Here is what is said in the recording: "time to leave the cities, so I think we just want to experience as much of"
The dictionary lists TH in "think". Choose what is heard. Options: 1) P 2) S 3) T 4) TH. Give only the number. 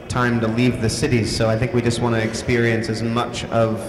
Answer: 4